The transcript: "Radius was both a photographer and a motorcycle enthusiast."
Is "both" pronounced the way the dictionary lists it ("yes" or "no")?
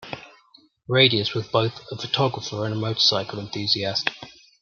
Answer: yes